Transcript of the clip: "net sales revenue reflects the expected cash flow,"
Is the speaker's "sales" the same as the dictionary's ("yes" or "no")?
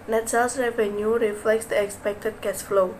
no